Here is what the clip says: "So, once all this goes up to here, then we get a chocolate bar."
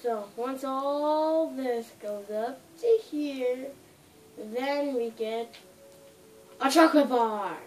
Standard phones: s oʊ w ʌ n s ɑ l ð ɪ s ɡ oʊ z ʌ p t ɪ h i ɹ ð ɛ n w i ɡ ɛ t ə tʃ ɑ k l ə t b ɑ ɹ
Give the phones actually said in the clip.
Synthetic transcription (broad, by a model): s oʊ w ʌ n s ɑ l ð ɪ s ɡ oʊ z ʌ p t ɪ h i ɹ ð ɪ n w i ɡ ɛ t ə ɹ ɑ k ə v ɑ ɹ